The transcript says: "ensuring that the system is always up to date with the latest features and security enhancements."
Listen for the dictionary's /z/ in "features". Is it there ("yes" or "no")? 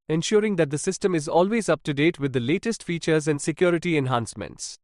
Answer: yes